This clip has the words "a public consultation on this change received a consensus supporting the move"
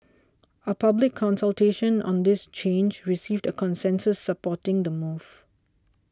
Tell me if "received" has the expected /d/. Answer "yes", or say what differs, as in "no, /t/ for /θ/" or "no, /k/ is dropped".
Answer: yes